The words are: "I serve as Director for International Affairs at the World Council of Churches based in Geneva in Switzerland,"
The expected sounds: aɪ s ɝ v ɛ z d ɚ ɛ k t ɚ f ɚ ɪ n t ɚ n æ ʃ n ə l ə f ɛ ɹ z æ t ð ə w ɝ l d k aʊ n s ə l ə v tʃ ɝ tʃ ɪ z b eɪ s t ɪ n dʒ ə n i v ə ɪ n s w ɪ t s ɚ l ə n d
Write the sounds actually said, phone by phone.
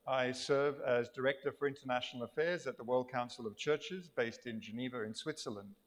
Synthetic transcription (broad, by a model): aɪ s ɝ v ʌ z d ɚ ɛ k t ɚ f ɚ ɪ n t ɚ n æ ʃ n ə l ə f ɛ ɹ z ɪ t ð ə w ɝ l d k aʊ n s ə l ə v tʃ ɝ tʃ ɪ z b eɪ s t ɪ n dʒ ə n i v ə ɪ n s w ɪ t s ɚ l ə n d